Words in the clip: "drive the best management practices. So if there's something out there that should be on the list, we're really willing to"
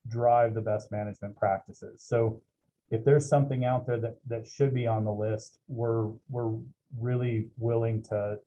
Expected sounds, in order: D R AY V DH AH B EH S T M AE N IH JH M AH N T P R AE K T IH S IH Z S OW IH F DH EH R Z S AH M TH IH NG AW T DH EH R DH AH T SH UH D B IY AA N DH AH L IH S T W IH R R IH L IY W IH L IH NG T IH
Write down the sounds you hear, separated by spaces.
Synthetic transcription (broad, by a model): D R AY V DH AH B EH S T M AE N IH JH M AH N P R AE K T IH S IH Z S OW IH F DH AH R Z S AH M TH IH NG AW T DH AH R DH AH T SH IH D B IY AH N DH AH L IH S T W IH R R IH L IY W IH L IH NG T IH